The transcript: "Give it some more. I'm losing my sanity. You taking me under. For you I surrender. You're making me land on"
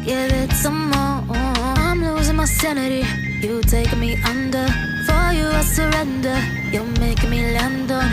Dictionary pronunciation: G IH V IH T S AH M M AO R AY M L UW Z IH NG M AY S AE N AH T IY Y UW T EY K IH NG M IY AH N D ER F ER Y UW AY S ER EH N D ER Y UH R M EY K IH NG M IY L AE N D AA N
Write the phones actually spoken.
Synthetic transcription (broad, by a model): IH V IH T S AH M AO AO AY M L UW Z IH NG M AY S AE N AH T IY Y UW T EY IH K M IY AH N D ER F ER Y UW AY S ER EH N D ER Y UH L M EY IH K M IY L AE N D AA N